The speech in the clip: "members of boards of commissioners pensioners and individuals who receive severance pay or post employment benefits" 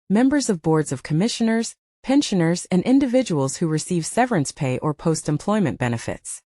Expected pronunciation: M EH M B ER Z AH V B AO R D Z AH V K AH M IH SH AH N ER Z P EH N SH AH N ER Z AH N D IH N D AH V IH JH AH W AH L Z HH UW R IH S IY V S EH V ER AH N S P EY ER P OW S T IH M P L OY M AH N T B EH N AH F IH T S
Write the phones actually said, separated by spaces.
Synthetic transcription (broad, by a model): M EH M B ER Z AH V B AO R D Z AH V K AH M IH SH AH N ER Z P EH N SH AH N ER Z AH N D IH N D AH V IH JH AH W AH L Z HH UW R IH S IY V S EH V ER AH N S P EY ER P OW S T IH M P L OY M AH N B EH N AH F IH T S